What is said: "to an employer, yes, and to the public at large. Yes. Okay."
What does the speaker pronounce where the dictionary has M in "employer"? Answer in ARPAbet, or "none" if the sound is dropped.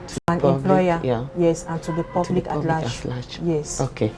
none